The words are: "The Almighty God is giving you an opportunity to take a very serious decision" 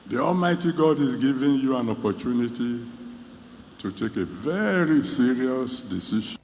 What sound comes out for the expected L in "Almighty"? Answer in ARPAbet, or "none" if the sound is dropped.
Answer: L